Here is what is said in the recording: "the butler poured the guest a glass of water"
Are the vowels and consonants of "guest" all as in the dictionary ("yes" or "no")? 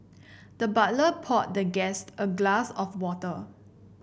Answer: yes